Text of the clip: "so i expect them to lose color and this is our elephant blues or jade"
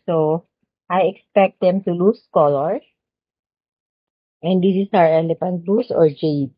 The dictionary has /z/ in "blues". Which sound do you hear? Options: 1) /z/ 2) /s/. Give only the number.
2